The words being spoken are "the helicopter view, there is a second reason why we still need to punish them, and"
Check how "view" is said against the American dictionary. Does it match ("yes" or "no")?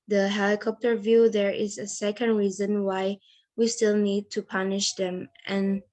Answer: yes